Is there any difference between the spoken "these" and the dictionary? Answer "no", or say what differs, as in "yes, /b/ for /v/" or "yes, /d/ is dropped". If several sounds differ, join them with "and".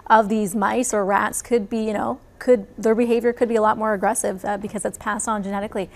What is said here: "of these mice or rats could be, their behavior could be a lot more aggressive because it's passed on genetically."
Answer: no